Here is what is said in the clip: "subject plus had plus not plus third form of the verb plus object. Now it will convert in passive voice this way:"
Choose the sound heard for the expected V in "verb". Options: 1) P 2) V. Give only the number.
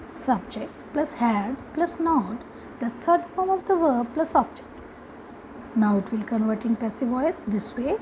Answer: 2